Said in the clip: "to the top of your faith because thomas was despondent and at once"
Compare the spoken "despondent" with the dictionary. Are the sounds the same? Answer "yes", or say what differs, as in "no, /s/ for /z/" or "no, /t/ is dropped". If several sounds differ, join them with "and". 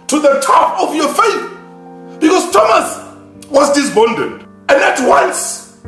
no, /b/ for /p/